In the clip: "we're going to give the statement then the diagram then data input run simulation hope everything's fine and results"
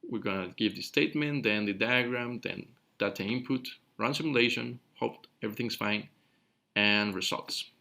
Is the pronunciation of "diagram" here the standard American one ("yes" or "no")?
yes